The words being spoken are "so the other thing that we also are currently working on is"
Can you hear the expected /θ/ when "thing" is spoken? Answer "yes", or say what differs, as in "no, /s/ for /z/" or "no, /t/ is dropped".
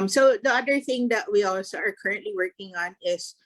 yes